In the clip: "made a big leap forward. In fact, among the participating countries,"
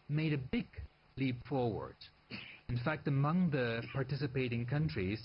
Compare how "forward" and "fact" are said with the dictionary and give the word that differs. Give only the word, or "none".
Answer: none